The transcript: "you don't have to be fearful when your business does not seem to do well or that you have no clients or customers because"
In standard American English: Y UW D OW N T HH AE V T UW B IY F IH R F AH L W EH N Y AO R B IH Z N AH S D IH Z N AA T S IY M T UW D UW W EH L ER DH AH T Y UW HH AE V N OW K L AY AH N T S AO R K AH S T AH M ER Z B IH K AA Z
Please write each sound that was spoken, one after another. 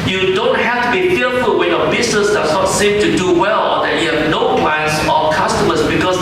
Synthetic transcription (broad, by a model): Y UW D OW N T HH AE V T UW B IY F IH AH F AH L W EH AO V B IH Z N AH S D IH S N AA T S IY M T UW D UW W EH L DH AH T Y UW HH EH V N OW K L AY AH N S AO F K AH S T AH M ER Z B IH K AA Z